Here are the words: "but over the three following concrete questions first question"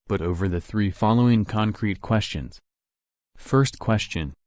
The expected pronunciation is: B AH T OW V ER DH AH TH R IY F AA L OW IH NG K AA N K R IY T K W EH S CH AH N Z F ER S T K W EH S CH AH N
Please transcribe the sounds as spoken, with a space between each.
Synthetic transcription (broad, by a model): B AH T OW V ER DH AH TH R IY F AA L OW IH NG K AA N K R IY T K W EH S CH AH N Z F ER S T K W EH S CH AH N